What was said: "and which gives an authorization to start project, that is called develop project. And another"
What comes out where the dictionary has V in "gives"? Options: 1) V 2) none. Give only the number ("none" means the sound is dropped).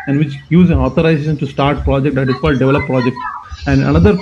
2